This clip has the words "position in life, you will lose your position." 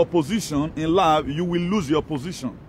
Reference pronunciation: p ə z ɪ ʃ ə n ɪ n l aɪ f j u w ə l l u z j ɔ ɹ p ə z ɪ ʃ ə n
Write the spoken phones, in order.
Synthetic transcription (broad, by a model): p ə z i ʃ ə n ɪ n l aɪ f j u w ə l l u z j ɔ p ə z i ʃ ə n